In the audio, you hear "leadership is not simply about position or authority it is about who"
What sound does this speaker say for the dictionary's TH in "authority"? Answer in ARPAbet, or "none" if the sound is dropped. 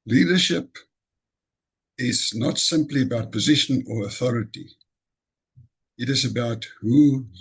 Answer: TH